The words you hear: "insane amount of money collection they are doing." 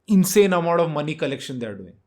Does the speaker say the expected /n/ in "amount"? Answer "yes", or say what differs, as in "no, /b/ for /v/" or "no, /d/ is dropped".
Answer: no, /n/ is dropped